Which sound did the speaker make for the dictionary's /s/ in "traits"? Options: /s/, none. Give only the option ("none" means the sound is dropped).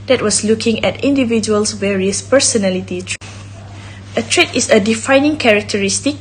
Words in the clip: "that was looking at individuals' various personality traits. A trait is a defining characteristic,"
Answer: none